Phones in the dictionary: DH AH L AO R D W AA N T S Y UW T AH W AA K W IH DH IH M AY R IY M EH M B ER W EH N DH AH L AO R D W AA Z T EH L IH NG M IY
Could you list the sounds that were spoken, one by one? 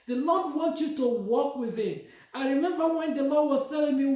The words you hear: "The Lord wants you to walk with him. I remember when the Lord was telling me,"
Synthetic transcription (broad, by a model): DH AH L AO D W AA N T Y UW T AH W AA K W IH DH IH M AY R IY M EH M B ER W EH N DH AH L AO D W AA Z T EH L IH NG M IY